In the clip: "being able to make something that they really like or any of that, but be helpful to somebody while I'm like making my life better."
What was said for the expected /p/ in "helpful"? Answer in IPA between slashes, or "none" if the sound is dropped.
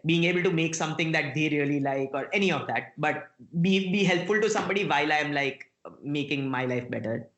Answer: /p/